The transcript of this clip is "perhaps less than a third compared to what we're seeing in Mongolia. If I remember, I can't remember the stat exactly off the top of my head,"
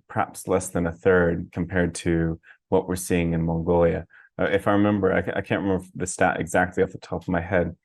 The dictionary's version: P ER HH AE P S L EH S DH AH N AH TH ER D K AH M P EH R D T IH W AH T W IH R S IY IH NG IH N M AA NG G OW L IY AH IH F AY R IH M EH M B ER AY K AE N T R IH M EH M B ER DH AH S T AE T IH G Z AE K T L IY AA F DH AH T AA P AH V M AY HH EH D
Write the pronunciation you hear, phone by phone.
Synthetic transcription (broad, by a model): P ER HH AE P S L EH S DH AH N AH TH ER D K M P EH R D T IH W AH T W IH R S IY IH NG IH N M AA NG G OW L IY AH IH F AY R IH M EH M B ER AY K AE N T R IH M EH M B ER DH AH S T AE T IH G Z AE K T L IY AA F DH AH T AA P AH V M AY HH EH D